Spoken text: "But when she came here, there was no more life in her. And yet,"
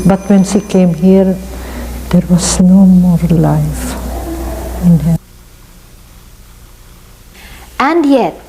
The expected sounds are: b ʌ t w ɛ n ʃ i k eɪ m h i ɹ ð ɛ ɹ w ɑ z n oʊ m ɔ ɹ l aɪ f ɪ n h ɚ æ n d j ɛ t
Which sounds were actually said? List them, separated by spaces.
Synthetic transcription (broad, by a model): b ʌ t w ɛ n s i k eɪ m h i ɹ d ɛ ɹ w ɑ s n oʊ m ɔ ɹ l aɪ f ɪ n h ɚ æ n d j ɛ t